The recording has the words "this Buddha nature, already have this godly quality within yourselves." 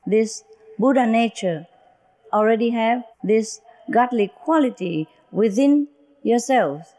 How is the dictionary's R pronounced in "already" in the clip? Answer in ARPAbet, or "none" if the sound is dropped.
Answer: R